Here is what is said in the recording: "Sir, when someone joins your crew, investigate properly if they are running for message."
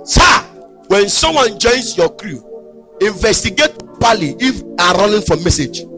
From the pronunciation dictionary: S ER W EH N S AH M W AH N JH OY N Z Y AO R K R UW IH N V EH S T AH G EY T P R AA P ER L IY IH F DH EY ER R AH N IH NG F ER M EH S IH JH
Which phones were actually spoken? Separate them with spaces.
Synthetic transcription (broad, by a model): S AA W EH N S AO M W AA N JH OY N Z Y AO K R UW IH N V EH S T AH G EY T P AA L IY IH F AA R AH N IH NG F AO M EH S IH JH